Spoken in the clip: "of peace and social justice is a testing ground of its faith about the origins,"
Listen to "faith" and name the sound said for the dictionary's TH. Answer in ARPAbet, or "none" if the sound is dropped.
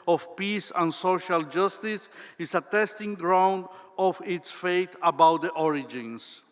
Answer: T